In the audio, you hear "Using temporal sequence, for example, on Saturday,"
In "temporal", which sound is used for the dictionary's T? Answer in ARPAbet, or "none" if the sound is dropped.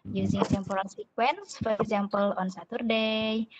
S